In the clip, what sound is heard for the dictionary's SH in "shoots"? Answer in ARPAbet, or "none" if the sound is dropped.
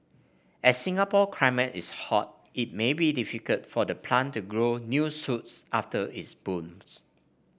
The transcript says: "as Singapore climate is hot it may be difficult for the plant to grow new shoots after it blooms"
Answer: S